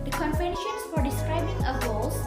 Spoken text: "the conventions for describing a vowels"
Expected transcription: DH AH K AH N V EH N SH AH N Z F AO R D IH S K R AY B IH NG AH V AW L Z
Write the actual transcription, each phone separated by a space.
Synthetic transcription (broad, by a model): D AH K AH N P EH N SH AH N S F AO R D IH S K R AY B IH NG AH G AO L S